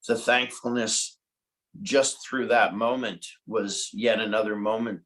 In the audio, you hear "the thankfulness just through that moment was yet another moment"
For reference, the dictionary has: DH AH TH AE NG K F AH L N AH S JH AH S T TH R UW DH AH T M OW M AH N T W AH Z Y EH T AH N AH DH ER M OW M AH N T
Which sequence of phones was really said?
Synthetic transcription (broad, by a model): DH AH TH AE NG K F L N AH S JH AH S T TH R UW DH AH T M OW M AH N T W AH Z Y EH T AH N AH DH ER M OW M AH N T